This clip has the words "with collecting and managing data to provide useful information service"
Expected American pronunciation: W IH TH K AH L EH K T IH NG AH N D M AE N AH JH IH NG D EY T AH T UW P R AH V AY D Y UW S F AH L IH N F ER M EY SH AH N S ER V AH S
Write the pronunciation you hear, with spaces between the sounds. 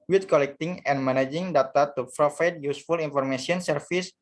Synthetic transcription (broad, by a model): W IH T K AH L EH K T IH NG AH N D M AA N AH JH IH NG D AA T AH T UW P R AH F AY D Y UW S F AH L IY N F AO M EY S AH N S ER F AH S